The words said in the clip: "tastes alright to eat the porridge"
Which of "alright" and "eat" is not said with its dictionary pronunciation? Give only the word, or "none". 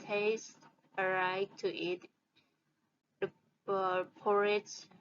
alright